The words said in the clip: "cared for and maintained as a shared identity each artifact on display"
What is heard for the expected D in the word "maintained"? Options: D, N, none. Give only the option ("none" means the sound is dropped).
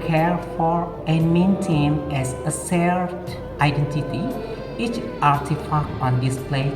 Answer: none